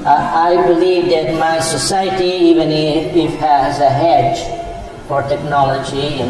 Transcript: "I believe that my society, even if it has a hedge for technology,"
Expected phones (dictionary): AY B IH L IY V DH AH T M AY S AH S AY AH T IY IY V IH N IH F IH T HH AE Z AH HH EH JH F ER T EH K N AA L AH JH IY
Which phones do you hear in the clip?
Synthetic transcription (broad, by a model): AY B IH L IY V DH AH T M AY S AH S AY AH T IY IY V IH N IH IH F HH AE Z AH HH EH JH F ER T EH K N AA L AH JH IY